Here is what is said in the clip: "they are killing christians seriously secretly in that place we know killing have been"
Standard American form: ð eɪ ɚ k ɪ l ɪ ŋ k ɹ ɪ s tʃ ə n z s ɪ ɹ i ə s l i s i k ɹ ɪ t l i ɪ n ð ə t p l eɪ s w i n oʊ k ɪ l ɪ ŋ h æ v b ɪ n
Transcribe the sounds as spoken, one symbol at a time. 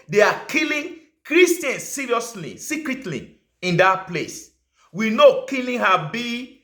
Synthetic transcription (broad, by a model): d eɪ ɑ k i l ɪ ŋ k ɹ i s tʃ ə n s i ɹ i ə s l i s i k ɹ ɪ t l i ɪ n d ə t p l eɪ s w i n oʊ k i l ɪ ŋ h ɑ b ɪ